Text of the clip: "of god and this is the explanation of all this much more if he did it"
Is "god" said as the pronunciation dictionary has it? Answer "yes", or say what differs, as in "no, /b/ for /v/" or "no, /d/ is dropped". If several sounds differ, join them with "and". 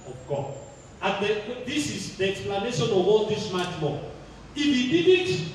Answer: no, /d/ is dropped